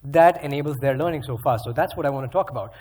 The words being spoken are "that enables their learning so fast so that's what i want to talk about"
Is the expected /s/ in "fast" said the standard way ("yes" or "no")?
no